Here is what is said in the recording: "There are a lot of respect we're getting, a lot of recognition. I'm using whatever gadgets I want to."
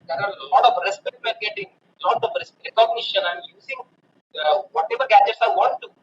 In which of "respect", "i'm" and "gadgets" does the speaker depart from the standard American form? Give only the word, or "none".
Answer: none